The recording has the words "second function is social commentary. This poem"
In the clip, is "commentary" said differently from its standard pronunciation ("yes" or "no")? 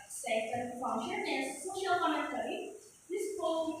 yes